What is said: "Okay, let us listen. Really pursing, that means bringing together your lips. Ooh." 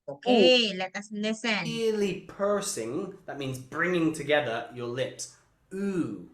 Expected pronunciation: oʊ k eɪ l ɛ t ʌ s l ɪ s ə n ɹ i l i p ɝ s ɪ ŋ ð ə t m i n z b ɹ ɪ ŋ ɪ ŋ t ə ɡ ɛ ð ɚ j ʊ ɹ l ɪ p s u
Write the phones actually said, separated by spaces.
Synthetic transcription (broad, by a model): oʊ k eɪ l ɛ t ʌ s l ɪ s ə n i l i p ɝ s ɪ ŋ ð ə t m i n z b ɹ ɪ ŋ ɪ ŋ t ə ɡ ɛ ð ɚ j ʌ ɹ l ɪ p s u